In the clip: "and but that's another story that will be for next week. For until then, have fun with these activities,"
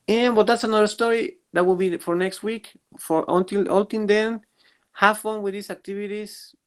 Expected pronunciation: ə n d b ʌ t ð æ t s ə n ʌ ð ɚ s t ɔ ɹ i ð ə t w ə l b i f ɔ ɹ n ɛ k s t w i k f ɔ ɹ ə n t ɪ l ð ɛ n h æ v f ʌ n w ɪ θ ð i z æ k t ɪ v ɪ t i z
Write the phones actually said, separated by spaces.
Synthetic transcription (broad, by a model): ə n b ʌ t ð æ t s ə n ʌ ð ɚ s t ɔ ɹ i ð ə t w ə l b i f ɔ ɹ n ɛ k s t w i k f ɔ ɹ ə n t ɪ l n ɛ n h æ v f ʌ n w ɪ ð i s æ k t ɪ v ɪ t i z